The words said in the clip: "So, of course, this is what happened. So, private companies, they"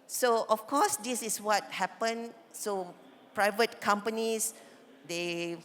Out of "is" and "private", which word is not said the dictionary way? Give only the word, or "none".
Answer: is